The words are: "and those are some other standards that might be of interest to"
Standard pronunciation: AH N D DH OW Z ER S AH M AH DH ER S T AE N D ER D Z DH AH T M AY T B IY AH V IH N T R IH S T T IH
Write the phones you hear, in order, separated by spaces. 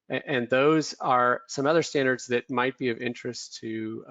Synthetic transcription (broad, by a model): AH N DH OW Z ER S AH M AH DH ER S T AE N D ER D Z DH AH T M AY T B IY AH V IH N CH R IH S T T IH